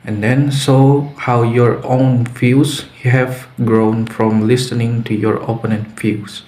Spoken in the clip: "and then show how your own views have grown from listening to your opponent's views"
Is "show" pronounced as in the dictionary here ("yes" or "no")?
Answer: no